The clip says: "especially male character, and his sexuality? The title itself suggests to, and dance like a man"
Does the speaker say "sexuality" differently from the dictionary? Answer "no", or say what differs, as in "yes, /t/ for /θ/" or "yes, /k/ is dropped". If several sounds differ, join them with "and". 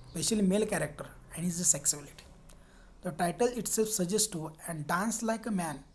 yes, /s/ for /ʃ/